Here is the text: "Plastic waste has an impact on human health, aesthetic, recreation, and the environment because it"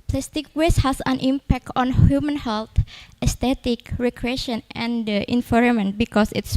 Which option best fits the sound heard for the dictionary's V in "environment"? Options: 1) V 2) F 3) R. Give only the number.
2